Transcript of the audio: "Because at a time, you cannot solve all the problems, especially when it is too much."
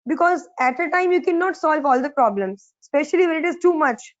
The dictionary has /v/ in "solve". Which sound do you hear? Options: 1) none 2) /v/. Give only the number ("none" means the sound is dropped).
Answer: 2